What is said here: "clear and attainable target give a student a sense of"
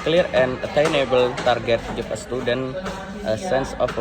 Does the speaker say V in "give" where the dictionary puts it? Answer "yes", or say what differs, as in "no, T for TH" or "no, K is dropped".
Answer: no, F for V